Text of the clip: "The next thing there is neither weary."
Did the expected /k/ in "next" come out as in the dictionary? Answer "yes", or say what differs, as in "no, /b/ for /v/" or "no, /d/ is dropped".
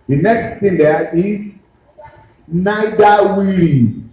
yes